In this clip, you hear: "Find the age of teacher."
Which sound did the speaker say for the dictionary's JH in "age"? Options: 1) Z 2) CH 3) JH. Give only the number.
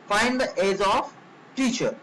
1